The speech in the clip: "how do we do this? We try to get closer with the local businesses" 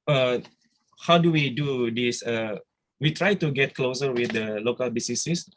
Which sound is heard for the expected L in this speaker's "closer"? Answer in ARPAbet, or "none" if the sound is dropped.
L